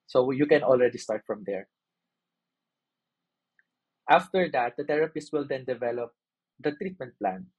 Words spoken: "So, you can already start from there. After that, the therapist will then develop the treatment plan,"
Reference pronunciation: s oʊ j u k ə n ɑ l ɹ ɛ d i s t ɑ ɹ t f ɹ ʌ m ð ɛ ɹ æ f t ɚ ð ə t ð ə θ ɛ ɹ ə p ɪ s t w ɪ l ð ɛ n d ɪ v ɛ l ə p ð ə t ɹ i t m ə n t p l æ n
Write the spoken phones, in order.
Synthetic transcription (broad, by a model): s oʊ j u k ə n ɑ l ɹ ɛ d i s t ɑ ɹ t f ɹ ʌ m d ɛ ɹ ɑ f t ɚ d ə t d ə t ɛ ɹ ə p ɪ s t w ɪ l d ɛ n d ɪ v ɛ l ə p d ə t ɹ i t m ə n t p l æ n